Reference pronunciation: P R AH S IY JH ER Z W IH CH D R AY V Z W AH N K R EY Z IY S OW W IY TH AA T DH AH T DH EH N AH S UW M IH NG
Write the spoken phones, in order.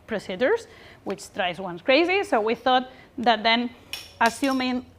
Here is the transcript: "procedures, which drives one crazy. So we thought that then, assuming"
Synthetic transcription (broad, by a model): P R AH S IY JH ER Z W IH CH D R AY Z W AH N K R EY Z IY S OW W IY TH AA T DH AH T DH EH N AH S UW M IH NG